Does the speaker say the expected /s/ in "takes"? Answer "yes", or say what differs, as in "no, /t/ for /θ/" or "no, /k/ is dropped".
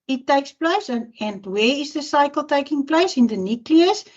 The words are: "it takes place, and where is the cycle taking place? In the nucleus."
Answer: yes